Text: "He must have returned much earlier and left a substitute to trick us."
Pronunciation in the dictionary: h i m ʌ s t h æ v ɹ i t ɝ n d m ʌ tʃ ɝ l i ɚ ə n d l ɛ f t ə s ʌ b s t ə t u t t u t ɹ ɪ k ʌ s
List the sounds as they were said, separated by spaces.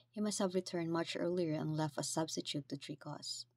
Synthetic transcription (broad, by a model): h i m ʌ s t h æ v ɹ i t ɝ n d m ʌ tʃ ɝ l i ɚ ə n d l ɛ f t ə s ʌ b s t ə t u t t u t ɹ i k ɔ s